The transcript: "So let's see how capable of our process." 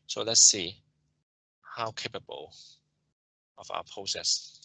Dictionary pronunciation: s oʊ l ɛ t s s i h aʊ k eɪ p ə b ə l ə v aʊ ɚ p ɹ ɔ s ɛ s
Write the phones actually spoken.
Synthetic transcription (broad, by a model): s oʊ l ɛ t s s i h aʊ k eɪ p ə b ə l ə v aʊ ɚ p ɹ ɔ s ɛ s